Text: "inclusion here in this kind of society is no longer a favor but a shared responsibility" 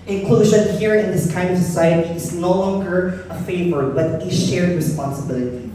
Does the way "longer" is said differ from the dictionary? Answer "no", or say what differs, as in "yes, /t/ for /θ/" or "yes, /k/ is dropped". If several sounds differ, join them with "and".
no